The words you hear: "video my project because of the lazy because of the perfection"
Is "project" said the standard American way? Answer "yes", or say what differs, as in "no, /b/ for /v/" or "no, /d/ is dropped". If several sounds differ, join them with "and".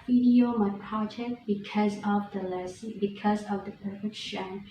no, /ɹ/ is dropped